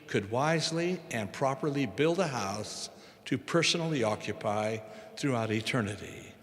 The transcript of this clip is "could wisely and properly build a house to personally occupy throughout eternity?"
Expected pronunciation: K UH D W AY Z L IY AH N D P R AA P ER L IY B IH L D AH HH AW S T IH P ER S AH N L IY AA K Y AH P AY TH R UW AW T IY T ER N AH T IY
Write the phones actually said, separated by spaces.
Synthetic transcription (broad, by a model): K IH D W AY Z L IY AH N P R AA P ER L IY B IH L D AH HH AW S T IH P ER S AH N L IY AA K Y AH P AY TH R UW AW T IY T ER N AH T IY